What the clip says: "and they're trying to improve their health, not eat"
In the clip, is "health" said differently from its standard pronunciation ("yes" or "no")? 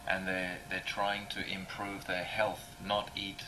no